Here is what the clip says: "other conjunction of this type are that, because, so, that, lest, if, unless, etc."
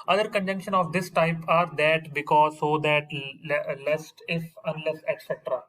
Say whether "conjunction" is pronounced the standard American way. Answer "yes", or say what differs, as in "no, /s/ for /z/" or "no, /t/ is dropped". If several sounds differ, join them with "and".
yes